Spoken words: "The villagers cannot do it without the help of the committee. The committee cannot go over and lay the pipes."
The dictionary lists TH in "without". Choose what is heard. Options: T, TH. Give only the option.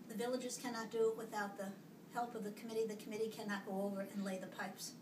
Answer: TH